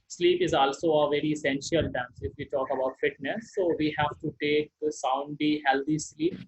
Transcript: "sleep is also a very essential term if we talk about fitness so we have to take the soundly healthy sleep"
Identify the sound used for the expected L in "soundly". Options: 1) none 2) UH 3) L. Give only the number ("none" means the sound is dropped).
1